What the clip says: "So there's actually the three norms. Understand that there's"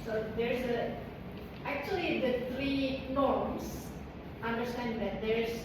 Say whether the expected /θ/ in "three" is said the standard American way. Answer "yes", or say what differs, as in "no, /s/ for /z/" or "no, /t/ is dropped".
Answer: no, /t/ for /θ/